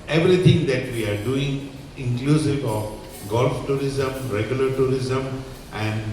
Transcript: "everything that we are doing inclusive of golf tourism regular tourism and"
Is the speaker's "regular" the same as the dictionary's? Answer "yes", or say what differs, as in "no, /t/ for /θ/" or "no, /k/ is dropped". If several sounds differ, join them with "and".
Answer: yes